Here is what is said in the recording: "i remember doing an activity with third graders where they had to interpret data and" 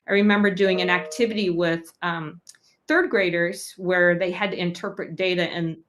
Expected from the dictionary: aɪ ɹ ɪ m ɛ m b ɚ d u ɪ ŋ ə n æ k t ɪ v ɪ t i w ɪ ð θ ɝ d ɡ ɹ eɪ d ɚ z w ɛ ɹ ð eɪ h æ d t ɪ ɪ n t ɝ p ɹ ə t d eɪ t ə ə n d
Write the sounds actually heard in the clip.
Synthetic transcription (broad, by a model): aɪ ɹ ɪ m ɛ m b ɚ d u ɪ ŋ ə n æ k t ɪ v ɪ t i w ɪ ð θ ɝ d ɡ ɹ eɪ d ɚ z w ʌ ɹ ð eɪ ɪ d t ɪ ɪ n t ɝ p ɹ ə t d eɪ t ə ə n